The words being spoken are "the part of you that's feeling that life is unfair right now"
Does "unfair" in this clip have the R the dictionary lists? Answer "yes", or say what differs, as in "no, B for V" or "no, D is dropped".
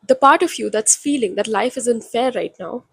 yes